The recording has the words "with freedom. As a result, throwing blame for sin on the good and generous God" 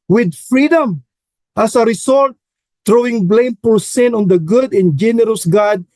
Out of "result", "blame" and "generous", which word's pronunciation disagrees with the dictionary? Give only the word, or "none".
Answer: result